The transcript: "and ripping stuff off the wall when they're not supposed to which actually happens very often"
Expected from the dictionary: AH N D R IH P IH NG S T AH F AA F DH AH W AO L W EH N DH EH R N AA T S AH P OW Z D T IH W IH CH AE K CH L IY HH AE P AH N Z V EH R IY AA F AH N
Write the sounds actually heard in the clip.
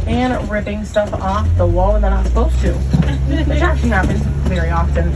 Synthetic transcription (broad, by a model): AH N R IH P IH NG S T AH F AA F DH AH W AO L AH N DH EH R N AA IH S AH P OW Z T IH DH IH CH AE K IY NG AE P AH Z V EH R IY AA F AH N